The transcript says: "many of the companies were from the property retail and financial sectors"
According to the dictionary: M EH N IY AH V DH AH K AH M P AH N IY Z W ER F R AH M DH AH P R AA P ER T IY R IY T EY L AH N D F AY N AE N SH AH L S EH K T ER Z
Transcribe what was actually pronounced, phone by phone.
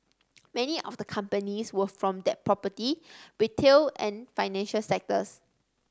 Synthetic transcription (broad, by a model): M EH N IY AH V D AH K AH M P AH N IY S W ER F R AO M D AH P R AA P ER T IY W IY T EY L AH N F AY N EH N SH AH L S EH K T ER S